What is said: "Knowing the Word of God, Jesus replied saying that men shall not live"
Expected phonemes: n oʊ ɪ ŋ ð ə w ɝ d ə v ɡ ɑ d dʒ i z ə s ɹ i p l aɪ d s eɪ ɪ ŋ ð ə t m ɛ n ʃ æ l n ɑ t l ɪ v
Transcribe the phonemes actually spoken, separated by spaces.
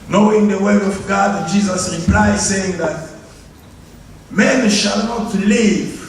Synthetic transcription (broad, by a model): n oʊ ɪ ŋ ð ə w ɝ ə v ɡ ɑ d dʒ i z ə s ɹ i p l aɪ s eɪ ɪ ŋ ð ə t m ɛ n ʃ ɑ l n ɑ t l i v